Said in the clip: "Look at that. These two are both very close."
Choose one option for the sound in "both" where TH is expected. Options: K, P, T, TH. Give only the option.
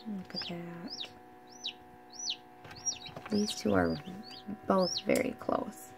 TH